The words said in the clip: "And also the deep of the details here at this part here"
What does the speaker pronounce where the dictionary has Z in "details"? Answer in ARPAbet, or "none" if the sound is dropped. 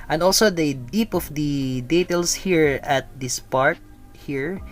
S